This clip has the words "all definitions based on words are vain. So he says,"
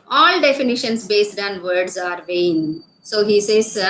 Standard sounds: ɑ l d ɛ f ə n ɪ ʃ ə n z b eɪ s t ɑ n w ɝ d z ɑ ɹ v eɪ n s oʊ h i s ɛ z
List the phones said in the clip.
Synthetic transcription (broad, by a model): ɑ l d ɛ f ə n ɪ ʃ ə n s b eɪ s t ɑ n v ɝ d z ɑ ɹ v eɪ n s oʊ h i s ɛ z